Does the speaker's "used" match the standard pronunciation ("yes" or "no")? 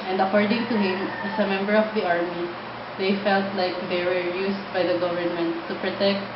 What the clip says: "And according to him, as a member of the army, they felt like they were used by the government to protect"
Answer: no